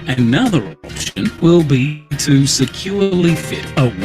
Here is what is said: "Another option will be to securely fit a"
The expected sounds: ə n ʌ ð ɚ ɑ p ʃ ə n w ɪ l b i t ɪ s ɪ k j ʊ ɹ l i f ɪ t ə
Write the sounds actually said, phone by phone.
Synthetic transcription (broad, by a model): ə n ʌ ð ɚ ɑ p ʃ ə n w ɪ l b i t ɪ s ɪ k j ʊ ɹ l i f ɪ t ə